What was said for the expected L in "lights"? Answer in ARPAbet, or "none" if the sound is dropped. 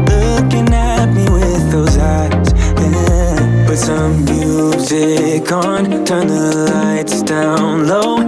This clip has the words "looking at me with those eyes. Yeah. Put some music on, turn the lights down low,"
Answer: L